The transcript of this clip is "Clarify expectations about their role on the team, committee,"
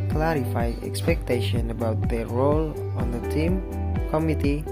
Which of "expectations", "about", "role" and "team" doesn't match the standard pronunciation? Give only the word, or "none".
expectations